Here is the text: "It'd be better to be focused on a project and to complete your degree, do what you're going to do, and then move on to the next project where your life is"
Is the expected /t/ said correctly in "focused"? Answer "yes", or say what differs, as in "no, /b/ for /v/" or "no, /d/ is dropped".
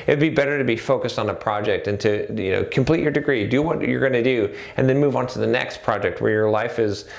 yes